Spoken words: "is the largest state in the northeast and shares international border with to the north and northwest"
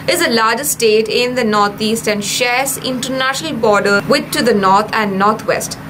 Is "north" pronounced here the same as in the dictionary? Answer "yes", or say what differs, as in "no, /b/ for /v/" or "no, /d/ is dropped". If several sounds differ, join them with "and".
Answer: no, /t/ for /θ/